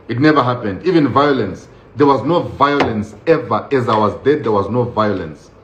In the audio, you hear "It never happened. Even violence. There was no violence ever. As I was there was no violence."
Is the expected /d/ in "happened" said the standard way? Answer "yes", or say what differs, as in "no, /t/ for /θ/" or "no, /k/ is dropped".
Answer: yes